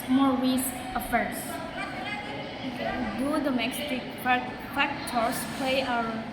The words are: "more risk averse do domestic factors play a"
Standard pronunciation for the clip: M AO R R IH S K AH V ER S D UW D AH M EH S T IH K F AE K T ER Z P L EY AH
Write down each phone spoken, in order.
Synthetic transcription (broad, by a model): M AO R W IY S AH F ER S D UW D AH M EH S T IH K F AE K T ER S P L EY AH